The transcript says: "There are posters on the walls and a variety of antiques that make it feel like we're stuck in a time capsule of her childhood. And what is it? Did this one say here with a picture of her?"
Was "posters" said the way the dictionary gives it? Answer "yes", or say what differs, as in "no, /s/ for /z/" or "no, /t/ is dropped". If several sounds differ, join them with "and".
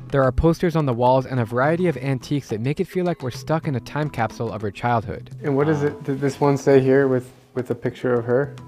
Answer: yes